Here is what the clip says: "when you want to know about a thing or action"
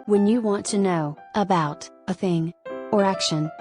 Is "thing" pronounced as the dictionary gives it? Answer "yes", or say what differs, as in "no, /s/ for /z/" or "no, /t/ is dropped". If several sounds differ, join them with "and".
yes